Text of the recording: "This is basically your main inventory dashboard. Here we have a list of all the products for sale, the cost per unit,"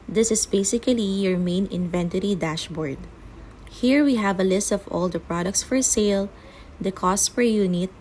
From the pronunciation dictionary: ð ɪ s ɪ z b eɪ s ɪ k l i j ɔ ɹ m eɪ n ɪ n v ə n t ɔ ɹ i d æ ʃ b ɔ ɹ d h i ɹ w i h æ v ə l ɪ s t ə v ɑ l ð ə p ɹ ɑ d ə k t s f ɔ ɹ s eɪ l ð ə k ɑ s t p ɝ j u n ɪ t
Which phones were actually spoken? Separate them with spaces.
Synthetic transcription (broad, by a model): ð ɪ s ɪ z b eɪ s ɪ k l i j ɔ ɹ m eɪ n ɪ n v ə n t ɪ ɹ i d æ ʃ b ɔ ɹ d h i ɹ w i h æ v ə l ɪ s t ə v ɑ l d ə p ɹ ɑ d ə k t s f ɔ ɹ s eɪ l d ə k ɑ s t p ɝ j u n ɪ t